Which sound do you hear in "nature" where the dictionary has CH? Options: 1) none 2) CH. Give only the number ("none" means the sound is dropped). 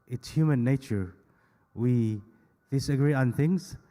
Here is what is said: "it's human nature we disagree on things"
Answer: 2